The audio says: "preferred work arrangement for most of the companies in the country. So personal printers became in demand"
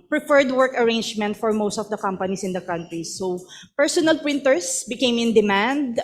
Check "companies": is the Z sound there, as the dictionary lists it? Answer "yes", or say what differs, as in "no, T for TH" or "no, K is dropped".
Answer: no, S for Z